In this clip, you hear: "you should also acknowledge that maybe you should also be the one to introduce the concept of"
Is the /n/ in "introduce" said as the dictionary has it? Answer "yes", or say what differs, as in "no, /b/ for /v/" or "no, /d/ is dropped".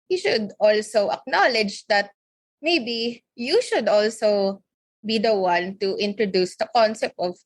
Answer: yes